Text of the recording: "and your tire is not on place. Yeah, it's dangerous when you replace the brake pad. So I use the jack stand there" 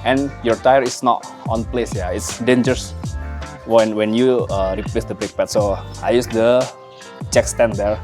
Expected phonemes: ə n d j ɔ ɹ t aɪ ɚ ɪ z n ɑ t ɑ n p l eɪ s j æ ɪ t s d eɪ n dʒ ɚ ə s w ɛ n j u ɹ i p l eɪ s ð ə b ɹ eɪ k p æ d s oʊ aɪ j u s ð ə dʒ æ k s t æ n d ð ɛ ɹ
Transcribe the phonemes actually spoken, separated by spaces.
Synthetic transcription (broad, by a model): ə n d j ɔ ɹ t aɪ ɚ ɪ s n ɑ t ɑ n p l eɪ s j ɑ ɪ t s d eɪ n dʒ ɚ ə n w ɛ n j u ɹ i p l eɪ s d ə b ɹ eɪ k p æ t s oʊ aɪ j u s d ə tʃ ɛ k s t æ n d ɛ ɹ